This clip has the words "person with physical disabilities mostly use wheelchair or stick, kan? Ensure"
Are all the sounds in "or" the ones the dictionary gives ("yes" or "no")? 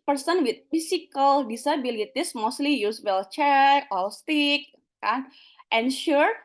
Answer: no